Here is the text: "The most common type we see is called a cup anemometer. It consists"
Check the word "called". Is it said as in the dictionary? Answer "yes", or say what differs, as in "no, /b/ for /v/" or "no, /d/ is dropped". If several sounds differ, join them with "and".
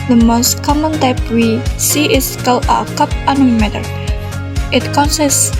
no, /d/ is dropped